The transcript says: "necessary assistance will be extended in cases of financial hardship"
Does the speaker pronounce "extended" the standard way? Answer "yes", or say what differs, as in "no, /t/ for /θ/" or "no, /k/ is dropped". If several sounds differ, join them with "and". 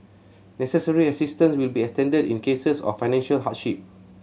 yes